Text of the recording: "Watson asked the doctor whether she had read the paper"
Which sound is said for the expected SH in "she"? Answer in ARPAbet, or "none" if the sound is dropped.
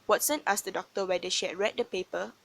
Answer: SH